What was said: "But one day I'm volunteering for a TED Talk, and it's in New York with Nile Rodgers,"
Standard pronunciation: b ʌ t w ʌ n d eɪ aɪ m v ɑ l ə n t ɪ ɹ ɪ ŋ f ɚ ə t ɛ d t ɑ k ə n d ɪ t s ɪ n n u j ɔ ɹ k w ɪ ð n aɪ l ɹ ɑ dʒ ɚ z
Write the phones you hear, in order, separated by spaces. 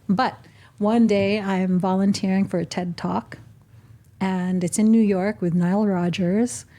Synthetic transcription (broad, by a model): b ʌ t w ʌ n d eɪ aɪ m v ɑ l ə n t ɪ ɹ ɪ ŋ f ɚ ə t ɛ d t ɑ k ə n ɪ t s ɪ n n u j ɔ ɹ k w ɪ ð n aɪ l ɹ ɑ dʒ ɚ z